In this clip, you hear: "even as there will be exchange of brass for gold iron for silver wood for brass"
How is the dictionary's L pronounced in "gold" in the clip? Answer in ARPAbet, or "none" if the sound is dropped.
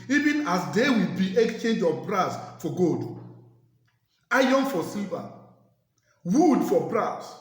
none